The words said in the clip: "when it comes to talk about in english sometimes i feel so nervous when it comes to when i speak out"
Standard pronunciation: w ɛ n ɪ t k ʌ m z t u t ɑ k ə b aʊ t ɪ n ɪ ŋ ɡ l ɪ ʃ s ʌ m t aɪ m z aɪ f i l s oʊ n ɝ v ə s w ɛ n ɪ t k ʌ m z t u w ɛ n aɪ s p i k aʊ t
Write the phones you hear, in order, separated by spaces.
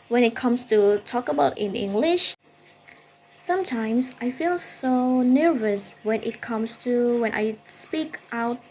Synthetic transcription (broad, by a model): w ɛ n ɪ t k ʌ m s t u t ɑ k ə b aʊ t ɪ n ɪ ŋ ɡ l ɪ ʃ s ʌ m t aɪ m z aɪ f i l s oʊ n ɝ v ə s w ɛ n ɪ t k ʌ m s t u w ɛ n aɪ s p i k aʊ t